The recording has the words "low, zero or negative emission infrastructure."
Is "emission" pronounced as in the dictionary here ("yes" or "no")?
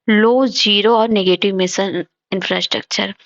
no